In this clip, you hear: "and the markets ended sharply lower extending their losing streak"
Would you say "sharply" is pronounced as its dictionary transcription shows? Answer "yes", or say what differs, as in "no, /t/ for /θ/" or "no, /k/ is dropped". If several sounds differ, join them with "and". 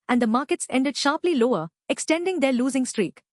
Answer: yes